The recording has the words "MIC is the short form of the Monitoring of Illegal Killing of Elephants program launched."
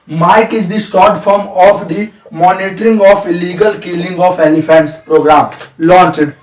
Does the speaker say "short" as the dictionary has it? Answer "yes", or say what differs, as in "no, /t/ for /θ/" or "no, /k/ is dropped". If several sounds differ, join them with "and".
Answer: no, /s/ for /ʃ/